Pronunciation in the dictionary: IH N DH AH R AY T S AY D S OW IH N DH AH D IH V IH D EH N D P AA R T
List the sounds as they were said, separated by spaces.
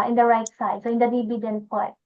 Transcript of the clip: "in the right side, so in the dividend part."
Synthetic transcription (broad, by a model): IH N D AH R AY T S AY D S OW IH N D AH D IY B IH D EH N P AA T